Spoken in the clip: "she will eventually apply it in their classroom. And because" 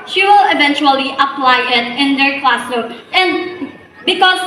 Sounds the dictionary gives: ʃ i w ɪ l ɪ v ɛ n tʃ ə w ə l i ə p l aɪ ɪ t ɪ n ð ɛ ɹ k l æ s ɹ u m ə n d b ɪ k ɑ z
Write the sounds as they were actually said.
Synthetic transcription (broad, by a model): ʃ i w ɪ l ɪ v ɛ n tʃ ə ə l i ə p l aɪ ɪ t ɪ n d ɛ ɹ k l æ s ɔ ə n d b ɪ k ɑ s